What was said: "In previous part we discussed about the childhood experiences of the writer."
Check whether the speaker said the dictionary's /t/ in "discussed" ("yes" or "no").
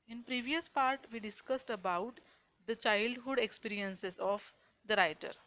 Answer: yes